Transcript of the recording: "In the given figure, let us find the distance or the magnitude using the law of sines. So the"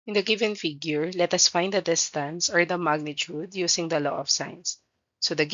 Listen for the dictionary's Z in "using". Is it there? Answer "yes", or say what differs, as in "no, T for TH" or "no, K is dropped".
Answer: no, S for Z